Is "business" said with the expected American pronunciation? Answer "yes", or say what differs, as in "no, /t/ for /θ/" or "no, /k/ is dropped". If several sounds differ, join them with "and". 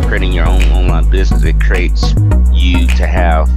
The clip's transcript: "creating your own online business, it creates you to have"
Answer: yes